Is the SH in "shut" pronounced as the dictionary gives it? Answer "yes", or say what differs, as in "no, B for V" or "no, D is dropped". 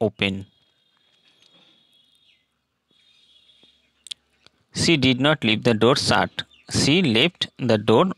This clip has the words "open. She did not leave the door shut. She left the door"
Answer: no, S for SH